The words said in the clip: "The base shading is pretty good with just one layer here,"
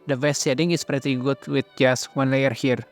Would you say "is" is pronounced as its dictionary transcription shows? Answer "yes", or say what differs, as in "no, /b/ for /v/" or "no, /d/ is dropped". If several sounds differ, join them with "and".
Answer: no, /s/ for /z/